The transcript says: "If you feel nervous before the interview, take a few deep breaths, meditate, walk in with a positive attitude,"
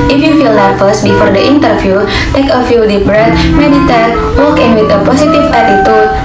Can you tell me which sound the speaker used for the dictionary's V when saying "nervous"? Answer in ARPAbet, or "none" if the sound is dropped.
F